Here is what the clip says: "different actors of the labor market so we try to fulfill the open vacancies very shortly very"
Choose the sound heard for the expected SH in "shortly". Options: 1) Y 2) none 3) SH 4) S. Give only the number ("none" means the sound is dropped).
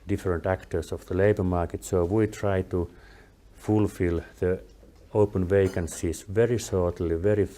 4